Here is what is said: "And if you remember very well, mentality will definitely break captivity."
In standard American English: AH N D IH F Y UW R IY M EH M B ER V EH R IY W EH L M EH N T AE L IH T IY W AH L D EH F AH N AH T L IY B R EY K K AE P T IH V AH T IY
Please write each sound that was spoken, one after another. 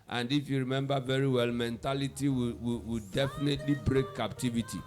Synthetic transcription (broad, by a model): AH N D IH F Y UW R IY M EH M B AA V EH R IY W EH L M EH N T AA L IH T IY W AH W D EH F AH N AH T L IY B R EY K K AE P T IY V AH T IY